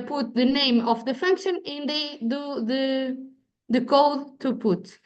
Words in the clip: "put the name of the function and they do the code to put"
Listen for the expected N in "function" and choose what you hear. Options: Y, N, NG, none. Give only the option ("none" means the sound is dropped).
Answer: N